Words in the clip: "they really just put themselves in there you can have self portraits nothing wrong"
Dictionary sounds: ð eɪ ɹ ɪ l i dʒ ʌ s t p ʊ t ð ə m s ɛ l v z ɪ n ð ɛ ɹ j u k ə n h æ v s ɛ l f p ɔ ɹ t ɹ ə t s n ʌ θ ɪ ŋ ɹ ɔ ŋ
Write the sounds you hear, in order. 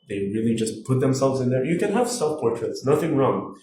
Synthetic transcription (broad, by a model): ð eɪ ɹ ɪ l i dʒ ʌ s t p ʊ t ð ə m s ɛ l v z ɪ n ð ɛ ɹ j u k ə n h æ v s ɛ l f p ɔ ɹ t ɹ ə t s n ʌ θ ɪ ŋ ɹ ɔ ŋ